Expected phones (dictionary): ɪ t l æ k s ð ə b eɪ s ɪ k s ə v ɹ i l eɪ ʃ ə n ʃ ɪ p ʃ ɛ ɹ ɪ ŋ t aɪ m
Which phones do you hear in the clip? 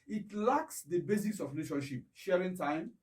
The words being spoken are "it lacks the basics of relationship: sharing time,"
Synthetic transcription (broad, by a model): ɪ t l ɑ k s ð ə b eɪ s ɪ s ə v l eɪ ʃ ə ʃ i p ʃ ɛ ɹ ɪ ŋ t aɪ m